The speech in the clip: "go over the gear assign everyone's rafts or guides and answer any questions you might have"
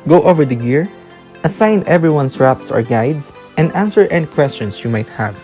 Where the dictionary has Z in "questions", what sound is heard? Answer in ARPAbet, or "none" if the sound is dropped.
S